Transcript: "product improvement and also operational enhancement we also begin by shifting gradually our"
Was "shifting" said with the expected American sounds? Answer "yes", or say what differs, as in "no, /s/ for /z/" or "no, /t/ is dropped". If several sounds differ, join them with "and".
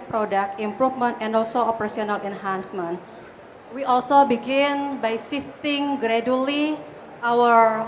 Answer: no, /s/ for /ʃ/